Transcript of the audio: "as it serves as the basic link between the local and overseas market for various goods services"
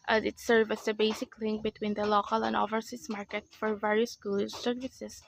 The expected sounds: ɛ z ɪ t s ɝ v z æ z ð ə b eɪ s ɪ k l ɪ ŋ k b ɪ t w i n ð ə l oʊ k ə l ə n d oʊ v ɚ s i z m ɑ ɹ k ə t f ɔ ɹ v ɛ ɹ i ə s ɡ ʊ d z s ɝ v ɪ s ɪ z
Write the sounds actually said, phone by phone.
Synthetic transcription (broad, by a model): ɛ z ɪ t s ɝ v æ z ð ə b eɪ s ɪ k l ɪ ŋ k b ɪ t w i n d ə l oʊ k ə l ə n d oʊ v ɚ s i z m ɑ ɹ k ə t f ɔ ɹ v ɛ ɹ i ə s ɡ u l s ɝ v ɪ s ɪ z